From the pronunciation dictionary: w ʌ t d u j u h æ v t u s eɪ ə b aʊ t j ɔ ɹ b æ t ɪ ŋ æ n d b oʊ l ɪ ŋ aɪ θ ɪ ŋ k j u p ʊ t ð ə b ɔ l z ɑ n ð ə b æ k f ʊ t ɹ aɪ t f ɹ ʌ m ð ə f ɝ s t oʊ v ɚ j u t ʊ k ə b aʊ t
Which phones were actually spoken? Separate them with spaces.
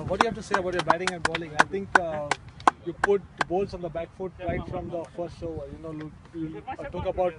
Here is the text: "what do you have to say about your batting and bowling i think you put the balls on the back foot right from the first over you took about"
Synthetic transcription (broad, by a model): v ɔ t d j u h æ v t u s eɪ ə b aʊ t j ɔ ɹ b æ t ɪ ŋ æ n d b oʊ l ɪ ŋ aɪ t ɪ ŋ k j u p ʊ t b ɔ l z ɑ n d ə b æ k f ʊ t ɹ aɪ t f ɹ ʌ m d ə f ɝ s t oʊ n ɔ j u t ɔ k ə b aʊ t